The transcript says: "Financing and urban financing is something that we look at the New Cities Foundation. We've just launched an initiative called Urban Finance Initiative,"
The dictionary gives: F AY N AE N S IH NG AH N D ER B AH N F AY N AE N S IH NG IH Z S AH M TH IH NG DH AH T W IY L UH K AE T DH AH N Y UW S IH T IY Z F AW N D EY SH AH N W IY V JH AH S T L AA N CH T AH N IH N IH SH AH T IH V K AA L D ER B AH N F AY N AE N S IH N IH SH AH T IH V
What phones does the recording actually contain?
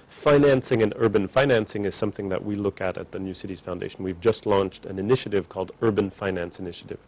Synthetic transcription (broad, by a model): F AY N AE N S IH NG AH N ER B AH N F AY N AE N S IH NG IH Z S AH M TH IH NG DH AH T W IY L UH K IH T DH AH N Y UW S IH T IY Z F AW N D EY SH N W IY V JH AH S T L AA N CH T AH N IH N IH SH AH T IH V K AA L D ER B AH N F AY N AE N S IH N IH SH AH T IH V